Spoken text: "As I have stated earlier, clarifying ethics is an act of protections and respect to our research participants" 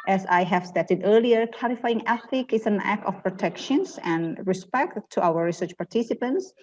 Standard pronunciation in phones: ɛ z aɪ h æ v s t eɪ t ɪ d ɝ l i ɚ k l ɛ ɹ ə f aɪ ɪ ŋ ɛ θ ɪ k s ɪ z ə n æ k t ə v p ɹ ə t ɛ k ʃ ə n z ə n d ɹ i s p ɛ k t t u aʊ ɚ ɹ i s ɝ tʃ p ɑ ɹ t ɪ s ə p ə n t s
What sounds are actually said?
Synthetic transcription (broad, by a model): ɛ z aɪ h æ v s t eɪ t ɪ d ɝ l i ɚ k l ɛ ɹ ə f aɪ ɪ ŋ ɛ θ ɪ k ɪ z ə n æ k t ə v p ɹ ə t ɛ k ʃ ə n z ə n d ɹ i s p ɛ k t t u aʊ ɚ ɹ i s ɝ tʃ p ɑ ɹ t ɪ s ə p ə n t s